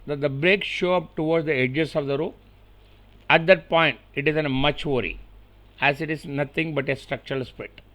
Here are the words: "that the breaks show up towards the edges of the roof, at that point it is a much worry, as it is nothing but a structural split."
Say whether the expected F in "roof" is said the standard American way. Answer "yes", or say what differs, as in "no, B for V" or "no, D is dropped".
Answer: no, F is dropped